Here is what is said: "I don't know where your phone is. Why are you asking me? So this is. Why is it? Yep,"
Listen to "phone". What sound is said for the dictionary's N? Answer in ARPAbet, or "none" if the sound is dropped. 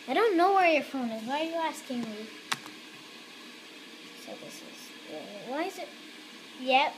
N